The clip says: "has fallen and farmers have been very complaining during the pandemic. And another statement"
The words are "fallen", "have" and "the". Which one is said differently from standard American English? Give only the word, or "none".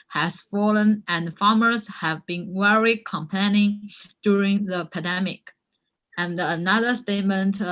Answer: none